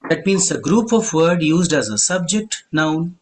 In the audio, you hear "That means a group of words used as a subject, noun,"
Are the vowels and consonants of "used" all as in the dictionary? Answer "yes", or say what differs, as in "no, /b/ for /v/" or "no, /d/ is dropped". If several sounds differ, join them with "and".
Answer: yes